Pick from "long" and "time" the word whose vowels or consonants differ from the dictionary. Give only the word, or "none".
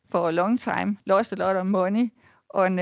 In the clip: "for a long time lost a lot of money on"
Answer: time